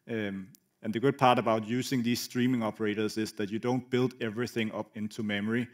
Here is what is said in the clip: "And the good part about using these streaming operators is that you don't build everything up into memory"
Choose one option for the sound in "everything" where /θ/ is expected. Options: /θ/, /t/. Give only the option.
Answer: /θ/